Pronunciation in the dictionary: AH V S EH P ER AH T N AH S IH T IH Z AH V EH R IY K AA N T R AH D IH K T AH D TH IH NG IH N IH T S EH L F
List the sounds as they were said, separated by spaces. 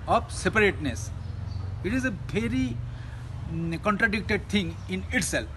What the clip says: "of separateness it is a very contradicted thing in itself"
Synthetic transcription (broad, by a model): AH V S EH P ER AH T N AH S IH T IH Z AH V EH R IY K AA N T R AH D IH K T AH D T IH NG IH N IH T S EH L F